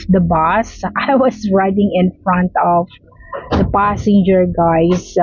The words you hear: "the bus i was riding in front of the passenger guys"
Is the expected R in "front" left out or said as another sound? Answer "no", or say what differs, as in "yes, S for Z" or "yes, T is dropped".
no